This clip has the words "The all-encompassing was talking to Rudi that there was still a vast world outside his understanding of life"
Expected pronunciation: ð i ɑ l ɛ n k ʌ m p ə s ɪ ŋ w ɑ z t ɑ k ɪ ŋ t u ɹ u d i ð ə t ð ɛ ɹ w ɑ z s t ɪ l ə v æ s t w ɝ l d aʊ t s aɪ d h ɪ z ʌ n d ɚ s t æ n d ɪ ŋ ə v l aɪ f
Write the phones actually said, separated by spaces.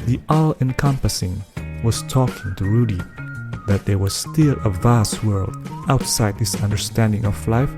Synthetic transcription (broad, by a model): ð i ɑ l ɛ n k ʌ m p ə s ɪ ŋ w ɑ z t ɑ k ɪ ŋ t u ɹ u d i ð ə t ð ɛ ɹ w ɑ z s t ɪ l ə v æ s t w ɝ l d aʊ t s aɪ d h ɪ s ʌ n d ɚ s t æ n d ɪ ŋ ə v l aɪ f